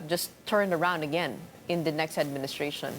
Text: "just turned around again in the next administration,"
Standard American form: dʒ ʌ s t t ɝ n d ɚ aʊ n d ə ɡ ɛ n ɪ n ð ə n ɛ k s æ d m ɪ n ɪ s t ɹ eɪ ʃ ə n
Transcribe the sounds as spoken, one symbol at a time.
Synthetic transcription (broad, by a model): dʒ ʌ s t t ɝ n d ɚ aʊ n d ə ɡ ɛ n ɪ n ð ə n ɛ k s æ d m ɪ n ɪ s t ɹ eɪ ʃ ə n